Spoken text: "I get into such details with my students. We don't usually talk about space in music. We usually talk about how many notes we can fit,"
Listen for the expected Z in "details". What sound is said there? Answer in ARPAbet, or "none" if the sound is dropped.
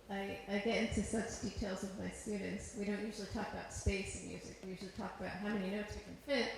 Z